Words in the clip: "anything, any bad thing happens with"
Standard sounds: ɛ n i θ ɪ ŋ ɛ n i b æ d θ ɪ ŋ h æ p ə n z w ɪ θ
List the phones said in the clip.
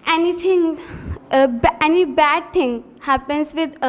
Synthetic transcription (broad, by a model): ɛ n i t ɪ ŋ ɛ n i b æ d t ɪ ŋ h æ p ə n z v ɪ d